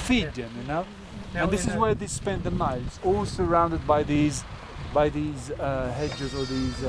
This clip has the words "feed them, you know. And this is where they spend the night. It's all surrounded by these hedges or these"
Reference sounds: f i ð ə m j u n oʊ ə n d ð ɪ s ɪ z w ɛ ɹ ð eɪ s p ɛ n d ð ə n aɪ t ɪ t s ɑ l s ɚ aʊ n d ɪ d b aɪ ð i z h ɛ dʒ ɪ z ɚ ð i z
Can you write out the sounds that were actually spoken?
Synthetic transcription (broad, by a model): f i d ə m j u n oʊ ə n ð ɪ s ɪ z w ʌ ɹ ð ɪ s p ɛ n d ð ə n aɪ ɪ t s ɑ l s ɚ aʊ n d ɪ d b aɪ ð i z h ɛ dʒ ɪ z ɚ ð i z